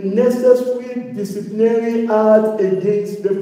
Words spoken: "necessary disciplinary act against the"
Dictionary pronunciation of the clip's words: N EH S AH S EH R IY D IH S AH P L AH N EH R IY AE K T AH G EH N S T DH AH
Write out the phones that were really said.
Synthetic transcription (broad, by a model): N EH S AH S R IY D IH S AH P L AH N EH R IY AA T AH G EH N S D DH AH